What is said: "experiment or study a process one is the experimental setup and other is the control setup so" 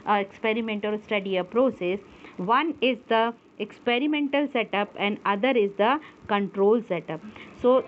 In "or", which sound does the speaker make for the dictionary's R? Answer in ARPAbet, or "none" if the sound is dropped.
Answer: L